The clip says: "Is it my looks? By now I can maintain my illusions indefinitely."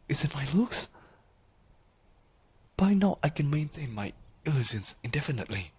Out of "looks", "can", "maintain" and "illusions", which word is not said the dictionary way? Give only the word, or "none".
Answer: illusions